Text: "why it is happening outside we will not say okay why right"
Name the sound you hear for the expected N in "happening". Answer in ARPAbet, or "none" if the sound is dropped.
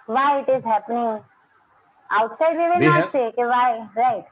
N